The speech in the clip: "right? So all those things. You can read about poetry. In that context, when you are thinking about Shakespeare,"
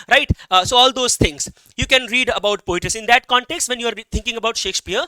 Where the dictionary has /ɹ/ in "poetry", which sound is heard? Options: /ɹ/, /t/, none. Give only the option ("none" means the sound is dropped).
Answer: none